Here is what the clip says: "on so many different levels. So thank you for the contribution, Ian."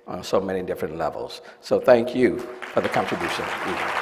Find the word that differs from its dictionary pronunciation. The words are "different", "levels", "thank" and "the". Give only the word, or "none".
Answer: none